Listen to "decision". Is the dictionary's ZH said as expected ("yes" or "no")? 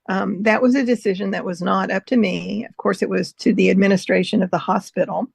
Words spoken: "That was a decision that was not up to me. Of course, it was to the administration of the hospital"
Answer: yes